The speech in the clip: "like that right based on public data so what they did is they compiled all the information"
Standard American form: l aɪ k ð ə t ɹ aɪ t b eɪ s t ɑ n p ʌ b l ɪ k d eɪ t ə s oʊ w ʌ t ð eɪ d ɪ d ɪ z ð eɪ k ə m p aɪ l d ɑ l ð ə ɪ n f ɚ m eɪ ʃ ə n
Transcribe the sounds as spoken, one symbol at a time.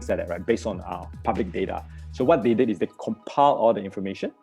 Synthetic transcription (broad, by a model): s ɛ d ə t ɹ aɪ t b eɪ s t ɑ n p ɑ b l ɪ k d eɪ t ə s oʊ w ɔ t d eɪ d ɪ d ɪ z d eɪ k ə m p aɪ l ɑ l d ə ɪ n f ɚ m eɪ ʃ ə n